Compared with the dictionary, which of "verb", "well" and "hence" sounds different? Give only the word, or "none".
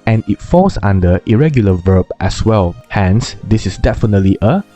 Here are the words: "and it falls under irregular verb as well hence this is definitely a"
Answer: none